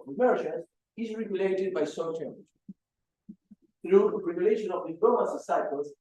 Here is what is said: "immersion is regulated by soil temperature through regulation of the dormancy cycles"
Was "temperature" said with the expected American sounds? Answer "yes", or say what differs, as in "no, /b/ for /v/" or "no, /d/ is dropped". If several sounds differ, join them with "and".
no, /tʃ/ is dropped